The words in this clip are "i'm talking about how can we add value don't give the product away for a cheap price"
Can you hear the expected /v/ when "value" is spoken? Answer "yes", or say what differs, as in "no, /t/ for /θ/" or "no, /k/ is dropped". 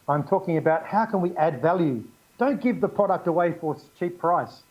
yes